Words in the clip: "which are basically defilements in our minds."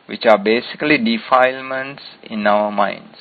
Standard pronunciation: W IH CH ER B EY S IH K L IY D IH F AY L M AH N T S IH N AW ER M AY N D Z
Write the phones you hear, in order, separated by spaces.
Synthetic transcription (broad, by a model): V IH CH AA B EY S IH K L IY D IH F AY L M AH N T S IH N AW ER M AY N D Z